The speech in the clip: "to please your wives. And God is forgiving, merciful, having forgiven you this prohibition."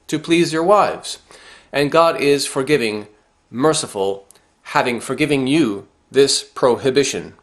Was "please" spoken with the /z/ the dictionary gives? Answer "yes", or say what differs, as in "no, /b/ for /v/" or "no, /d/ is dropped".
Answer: yes